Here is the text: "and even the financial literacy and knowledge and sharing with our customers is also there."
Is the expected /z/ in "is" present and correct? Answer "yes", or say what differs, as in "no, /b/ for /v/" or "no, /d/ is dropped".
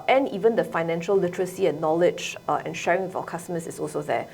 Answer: no, /s/ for /z/